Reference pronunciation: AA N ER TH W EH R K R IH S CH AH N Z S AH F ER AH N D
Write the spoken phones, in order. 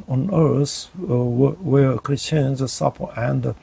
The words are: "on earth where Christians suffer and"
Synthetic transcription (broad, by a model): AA N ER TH W EH R K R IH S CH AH N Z S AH P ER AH N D